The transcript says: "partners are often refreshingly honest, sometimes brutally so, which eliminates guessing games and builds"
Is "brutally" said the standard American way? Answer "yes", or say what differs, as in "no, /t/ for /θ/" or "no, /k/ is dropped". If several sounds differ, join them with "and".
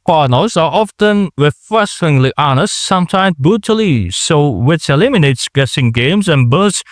no, /ɹ/ is dropped